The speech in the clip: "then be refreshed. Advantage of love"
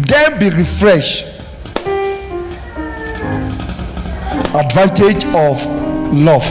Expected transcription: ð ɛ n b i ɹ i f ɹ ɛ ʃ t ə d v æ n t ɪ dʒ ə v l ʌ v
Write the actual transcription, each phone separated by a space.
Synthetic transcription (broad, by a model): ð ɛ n b i ɹ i f ɹ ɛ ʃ ə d v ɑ n t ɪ dʒ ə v l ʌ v